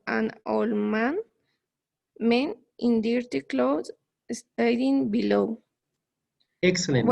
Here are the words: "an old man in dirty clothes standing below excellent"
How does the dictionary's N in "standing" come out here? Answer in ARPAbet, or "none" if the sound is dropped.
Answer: none